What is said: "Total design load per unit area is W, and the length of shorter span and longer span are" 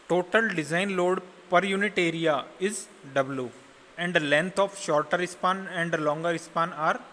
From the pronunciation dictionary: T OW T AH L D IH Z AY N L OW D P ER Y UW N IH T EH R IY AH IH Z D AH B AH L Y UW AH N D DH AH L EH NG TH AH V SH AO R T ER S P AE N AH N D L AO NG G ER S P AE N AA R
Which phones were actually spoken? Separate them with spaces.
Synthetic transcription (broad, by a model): T OW T AH L D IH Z AY N L OW D P ER Y UW N IH T EH R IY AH IH Z D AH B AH L Y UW AH N D L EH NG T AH F SH AO R T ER S P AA N AH N D L AO NG G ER S P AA N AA R